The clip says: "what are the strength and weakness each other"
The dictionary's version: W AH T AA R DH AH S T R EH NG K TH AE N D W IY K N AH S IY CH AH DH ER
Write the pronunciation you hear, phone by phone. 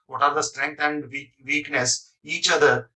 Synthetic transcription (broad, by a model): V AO T AA R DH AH S T R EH NG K T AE N D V IY K N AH S IY CH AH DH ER